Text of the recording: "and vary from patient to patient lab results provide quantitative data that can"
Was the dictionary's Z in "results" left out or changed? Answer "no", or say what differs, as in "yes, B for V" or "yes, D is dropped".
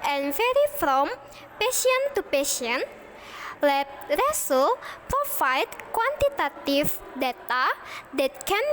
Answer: yes, S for Z